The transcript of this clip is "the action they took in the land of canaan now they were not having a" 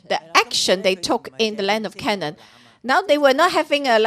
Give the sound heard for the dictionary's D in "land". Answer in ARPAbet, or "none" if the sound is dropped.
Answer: D